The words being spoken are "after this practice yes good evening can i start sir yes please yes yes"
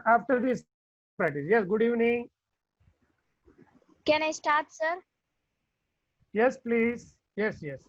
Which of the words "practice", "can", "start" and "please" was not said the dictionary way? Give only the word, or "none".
practice